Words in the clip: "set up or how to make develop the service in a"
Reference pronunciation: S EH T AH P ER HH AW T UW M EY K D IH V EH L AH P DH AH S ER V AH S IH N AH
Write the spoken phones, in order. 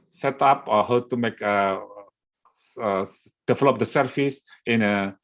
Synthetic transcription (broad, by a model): S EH T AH P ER HH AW T UW M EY K D IH V EH L AH P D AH S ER F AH S IH N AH